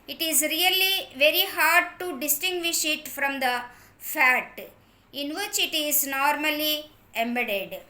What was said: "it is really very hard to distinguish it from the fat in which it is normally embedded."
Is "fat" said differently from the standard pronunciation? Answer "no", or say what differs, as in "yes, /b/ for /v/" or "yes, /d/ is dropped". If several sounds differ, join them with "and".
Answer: no